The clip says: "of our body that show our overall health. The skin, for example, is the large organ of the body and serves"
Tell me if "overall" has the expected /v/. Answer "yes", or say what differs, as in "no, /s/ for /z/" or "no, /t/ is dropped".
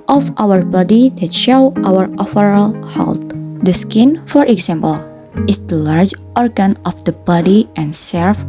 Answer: no, /f/ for /v/